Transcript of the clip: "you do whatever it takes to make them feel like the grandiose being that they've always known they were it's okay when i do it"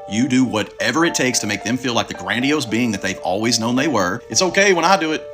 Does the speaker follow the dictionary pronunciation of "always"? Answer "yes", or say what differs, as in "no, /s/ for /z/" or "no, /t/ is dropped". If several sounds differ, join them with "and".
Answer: yes